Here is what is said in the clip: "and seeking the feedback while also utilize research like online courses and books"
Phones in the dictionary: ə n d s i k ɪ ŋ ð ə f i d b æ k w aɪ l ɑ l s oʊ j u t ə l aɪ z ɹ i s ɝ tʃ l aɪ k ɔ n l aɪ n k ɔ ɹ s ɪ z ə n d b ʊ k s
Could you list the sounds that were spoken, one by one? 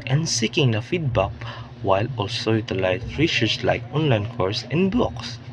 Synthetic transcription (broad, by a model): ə n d s i k ɪ ŋ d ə f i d b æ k w aɪ l ɑ l s oʊ j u t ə l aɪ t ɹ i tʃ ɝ s l aɪ k ɔ n l aɪ n k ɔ ɹ s ə n d b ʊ k s